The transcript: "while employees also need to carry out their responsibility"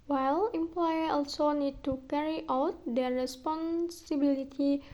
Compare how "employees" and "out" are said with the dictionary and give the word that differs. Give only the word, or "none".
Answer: employees